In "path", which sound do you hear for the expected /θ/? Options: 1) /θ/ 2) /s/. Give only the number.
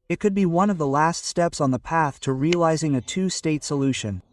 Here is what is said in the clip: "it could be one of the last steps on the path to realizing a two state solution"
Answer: 1